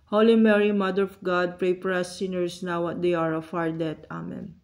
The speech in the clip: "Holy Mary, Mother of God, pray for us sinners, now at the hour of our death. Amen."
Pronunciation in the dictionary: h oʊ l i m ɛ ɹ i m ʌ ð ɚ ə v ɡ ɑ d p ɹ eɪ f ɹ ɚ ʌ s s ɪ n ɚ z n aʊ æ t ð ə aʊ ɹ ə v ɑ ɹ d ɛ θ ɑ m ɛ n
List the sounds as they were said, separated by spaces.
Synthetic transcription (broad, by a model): h oʊ l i m ɛ ɹ i m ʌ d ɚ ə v ɡ ɑ d p ɹ eɪ p ɹ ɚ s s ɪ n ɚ s n aʊ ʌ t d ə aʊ ɹ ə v ɑ ɹ d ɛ t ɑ m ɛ n